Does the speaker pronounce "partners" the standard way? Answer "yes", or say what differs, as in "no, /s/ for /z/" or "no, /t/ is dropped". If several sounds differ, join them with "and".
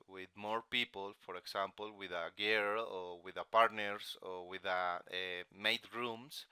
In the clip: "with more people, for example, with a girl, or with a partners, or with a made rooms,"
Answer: no, /s/ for /z/